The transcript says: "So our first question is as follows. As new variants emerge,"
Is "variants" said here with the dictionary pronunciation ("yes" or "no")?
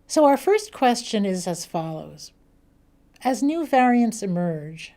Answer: yes